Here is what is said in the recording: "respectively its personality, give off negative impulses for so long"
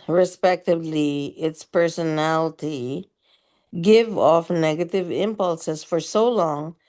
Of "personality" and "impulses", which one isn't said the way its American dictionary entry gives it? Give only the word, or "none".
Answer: none